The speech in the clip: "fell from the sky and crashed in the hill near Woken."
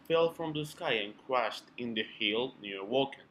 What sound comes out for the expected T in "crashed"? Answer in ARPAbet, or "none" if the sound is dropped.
T